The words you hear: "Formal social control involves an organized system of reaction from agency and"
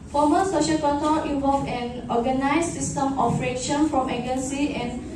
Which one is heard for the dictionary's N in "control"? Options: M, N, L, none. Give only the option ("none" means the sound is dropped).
none